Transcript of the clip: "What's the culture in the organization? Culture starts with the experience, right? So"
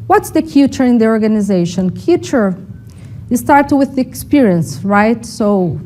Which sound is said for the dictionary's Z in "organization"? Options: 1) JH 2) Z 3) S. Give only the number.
2